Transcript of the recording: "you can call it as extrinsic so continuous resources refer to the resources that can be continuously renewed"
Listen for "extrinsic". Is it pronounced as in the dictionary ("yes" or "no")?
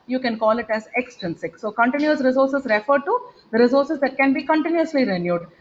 no